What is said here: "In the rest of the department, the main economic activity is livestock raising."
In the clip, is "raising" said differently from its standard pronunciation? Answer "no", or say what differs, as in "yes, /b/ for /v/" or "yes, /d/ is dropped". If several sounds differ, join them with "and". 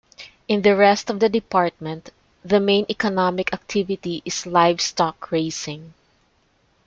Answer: yes, /s/ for /z/